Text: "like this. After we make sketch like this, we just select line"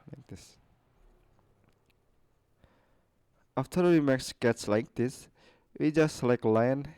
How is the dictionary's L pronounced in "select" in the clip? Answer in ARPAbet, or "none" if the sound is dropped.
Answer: none